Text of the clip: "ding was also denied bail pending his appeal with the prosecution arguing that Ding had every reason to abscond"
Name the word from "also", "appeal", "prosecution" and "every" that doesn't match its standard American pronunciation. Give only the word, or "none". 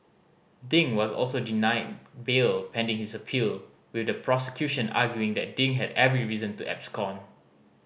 none